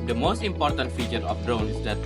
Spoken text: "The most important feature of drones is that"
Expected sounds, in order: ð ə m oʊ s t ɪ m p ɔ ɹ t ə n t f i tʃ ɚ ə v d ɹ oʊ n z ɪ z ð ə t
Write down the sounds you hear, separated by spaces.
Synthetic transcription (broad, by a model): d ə m oʊ s t ɪ m p ɔ ɹ t ə n t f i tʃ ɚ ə f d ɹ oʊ n ɪ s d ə t